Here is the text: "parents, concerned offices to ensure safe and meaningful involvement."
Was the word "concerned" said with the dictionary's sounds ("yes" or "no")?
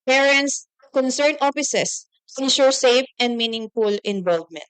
no